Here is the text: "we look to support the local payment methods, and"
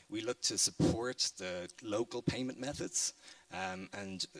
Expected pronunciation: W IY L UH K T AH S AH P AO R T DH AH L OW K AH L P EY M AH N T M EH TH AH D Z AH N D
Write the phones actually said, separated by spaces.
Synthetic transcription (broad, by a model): W IY L UH K T AH S AH P AO R T DH AH L OW K AH L P EY M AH N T M EH TH AH D Z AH N